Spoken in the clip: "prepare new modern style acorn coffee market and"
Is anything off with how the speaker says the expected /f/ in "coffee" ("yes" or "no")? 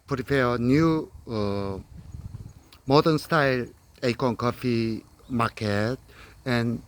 no